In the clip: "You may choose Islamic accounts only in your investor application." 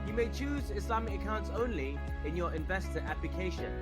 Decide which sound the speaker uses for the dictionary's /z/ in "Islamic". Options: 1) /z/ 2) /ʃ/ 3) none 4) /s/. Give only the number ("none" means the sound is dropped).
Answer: 4